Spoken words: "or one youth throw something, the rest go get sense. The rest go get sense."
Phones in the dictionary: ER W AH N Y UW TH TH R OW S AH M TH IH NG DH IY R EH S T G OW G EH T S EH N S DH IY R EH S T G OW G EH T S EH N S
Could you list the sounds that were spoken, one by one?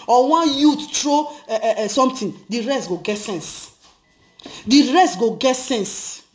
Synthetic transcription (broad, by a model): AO W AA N Y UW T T R OW S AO M T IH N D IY R EH S T G OW G EH T S EH N S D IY R EH S T G OW G EH T S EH N S